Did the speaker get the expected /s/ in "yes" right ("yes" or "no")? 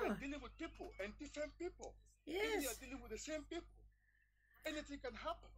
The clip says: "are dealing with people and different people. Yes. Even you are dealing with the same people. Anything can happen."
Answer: no